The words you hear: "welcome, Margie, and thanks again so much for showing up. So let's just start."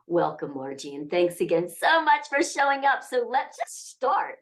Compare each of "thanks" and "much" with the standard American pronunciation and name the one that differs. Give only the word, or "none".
none